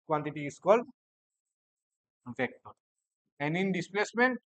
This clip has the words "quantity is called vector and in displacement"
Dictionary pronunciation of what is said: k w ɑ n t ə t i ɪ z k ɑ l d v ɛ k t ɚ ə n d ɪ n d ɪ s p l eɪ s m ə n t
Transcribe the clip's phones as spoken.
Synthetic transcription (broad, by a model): k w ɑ n t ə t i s k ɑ l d p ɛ k t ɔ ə n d ɪ n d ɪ s p l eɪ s m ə n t